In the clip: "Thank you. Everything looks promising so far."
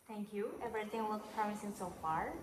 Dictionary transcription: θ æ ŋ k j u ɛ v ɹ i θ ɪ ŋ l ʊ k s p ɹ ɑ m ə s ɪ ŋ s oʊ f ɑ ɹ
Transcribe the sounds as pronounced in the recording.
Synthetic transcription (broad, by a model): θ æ ŋ k j u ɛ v ɹ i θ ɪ ŋ w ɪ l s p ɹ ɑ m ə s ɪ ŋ s oʊ f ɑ ɹ